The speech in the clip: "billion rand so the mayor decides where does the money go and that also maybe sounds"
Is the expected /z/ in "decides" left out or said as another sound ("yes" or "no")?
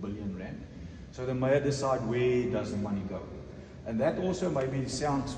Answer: yes